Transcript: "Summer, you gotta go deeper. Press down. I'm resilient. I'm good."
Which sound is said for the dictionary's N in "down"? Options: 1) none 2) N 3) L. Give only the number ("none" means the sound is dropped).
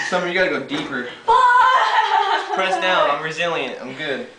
1